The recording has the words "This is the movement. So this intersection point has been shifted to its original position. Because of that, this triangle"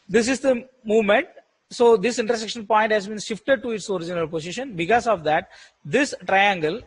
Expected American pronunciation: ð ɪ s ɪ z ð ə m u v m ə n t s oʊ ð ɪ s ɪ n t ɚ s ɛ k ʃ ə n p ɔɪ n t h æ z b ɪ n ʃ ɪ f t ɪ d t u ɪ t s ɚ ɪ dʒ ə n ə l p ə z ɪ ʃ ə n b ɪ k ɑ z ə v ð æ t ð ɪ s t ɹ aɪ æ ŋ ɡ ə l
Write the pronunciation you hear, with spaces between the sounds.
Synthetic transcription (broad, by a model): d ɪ s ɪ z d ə m u v m ə n t s oʊ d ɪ s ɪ n t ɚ s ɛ k ʃ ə n p ɔɪ n t h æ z b ɪ n ʃ ɪ f t ɪ d t u ɪ t s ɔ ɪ dʒ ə n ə l p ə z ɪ ʃ ə n b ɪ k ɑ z ə v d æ t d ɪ s t ɹ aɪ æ ŋ ɡ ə l